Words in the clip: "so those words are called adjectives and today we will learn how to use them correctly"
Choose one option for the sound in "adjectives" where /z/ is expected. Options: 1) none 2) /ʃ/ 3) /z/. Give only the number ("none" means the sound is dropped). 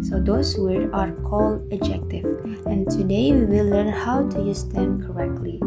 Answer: 1